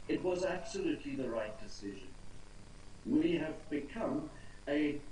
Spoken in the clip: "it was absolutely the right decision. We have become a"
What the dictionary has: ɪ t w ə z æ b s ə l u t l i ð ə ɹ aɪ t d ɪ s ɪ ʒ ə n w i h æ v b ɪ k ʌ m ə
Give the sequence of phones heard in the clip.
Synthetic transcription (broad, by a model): ɪ t w ə z æ b s ə l u t l i ð ə ɹ aɪ t d ɪ s ɪ ʒ ə n w i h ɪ v b ɪ k ʌ m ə